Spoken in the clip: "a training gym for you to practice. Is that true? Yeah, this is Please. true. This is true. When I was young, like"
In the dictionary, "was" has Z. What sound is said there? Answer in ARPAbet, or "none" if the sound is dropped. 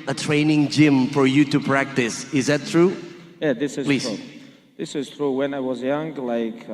Z